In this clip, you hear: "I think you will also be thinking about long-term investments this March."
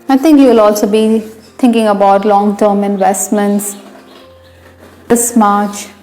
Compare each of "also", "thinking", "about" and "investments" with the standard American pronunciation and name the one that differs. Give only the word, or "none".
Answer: thinking